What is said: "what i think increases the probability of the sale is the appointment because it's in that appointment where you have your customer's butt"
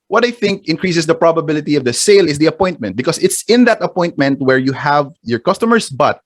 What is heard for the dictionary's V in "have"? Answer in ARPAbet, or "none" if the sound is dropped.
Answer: V